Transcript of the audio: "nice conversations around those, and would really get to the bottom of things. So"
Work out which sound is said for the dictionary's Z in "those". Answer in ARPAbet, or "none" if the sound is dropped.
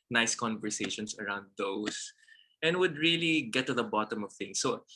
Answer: S